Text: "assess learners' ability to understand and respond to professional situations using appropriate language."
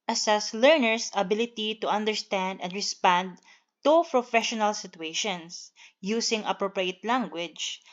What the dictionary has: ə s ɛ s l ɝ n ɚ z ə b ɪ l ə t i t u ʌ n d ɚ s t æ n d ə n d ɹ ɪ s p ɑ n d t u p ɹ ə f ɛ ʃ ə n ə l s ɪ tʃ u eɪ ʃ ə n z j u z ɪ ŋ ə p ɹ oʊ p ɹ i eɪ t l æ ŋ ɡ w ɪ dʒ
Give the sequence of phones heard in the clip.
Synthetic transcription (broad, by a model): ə s ɛ s l ɝ n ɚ s ə b ɪ l ə t i t u ʌ n d ɚ s t æ n d ə n d ɹ ɪ s p ɑ n d t u p ɹ ə f ɛ ʃ ə n ə l s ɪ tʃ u eɪ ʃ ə n s j u s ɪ ŋ ə p ɹ oʊ p ɹ i eɪ t l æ ŋ ɡ w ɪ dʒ